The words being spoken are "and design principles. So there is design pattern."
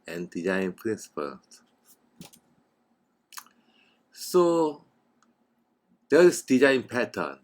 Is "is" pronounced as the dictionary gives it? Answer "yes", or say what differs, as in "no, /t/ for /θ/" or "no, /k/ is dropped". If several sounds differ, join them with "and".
no, /s/ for /z/